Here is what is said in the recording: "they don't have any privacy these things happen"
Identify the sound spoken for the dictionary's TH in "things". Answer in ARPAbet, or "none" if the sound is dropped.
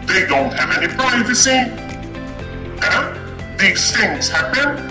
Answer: TH